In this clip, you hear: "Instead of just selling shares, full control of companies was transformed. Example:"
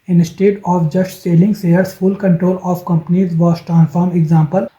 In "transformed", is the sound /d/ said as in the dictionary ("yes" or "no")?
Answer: no